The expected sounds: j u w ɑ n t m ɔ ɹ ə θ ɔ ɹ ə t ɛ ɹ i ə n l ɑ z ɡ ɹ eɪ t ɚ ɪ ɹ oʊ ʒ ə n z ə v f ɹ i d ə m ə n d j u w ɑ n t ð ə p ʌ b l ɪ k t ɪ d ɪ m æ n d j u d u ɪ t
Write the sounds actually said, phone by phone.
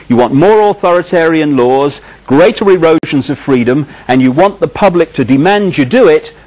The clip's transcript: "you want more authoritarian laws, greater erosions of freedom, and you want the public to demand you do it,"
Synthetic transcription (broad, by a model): j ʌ w ɑ n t m ɔ ɹ ə θ ɔ ɹ ə t ɛ ɹ i ə n l ɑ z ɡ ɹ eɪ t ɚ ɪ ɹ oʊ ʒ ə n z ə v f ɹ i d ə m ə n j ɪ w ɑ n ð ə p ʌ b l ɪ k t ɪ d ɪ m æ n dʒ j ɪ d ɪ ɪ t